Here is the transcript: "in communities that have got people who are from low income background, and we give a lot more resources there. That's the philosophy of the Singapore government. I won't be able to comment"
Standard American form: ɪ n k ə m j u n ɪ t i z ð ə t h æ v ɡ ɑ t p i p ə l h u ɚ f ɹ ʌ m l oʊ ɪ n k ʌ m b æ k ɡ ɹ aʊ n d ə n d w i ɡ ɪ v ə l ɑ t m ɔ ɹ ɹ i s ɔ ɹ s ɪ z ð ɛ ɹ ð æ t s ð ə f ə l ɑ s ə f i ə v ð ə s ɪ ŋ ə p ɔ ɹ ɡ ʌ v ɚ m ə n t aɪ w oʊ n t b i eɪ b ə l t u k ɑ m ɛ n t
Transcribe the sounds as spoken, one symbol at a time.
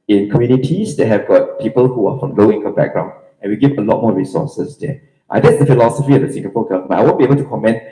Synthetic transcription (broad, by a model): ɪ n k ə m j u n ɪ t i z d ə t h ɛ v ɡ ɑ t p i p ə l h u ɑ f ɹ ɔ m l oʊ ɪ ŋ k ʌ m b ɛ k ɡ ɹ aʊ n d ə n w i ɡ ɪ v ə l ɑ t m ɔ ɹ ɹ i s ɔ s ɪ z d ɛ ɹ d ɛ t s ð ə f ə l ɑ s ə f i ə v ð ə s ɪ ŋ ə p ɔ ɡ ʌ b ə t aɪ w oʊ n b i eɪ b ə l t u k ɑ m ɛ n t